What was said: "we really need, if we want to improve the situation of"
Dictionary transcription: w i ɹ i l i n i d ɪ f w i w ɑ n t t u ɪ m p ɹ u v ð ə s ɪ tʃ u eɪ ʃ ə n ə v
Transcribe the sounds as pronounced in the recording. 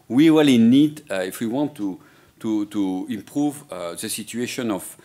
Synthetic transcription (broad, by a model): w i w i l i n i d ɪ f w i w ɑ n t t u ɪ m p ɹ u v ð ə s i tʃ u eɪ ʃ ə n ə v